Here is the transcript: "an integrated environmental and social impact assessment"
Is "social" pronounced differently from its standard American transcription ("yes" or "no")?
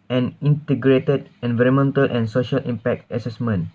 no